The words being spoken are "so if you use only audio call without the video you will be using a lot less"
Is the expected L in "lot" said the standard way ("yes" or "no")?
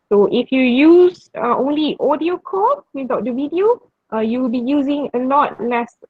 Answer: no